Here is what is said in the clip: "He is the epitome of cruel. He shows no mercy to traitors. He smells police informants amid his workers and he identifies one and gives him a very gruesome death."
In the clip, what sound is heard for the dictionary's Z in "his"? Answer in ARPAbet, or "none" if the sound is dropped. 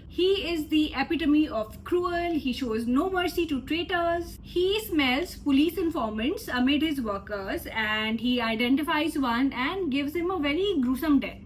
Z